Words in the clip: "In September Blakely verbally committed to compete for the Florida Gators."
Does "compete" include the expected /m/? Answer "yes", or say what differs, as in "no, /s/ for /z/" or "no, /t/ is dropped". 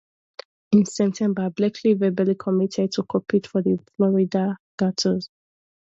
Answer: no, /m/ is dropped